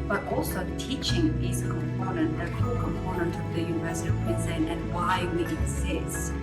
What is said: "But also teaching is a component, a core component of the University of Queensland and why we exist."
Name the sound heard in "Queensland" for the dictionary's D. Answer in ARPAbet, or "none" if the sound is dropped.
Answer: none